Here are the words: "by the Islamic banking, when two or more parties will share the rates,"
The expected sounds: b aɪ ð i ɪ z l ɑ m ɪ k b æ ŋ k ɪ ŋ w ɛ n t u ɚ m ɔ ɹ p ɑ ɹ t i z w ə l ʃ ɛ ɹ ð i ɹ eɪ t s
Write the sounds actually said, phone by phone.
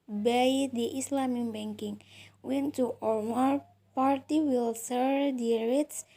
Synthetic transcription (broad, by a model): b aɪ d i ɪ s l ɑ m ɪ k b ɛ ŋ k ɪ ŋ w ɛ n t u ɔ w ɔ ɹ p ɑ ɹ t i w ə l s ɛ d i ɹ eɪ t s